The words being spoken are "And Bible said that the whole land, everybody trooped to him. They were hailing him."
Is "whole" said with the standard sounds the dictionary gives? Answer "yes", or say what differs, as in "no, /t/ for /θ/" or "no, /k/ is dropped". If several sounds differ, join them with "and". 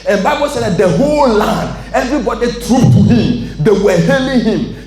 yes